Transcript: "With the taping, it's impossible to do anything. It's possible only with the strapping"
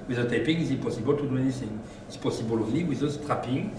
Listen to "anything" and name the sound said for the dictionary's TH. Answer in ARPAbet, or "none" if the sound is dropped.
S